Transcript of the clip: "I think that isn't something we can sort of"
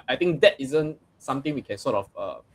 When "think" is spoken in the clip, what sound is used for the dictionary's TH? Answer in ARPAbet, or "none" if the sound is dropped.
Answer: T